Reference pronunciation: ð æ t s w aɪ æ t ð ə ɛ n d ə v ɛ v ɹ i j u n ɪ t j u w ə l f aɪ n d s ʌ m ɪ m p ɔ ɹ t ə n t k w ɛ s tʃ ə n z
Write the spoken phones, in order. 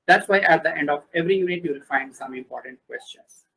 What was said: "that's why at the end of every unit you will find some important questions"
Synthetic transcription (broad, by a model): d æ t s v aɪ æ t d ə ɛ n d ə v ɛ v ɹ i j u n ɪ t j u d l f aɪ n d s ʌ m ɪ m p ɔ ɹ t ə n t k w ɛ s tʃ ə n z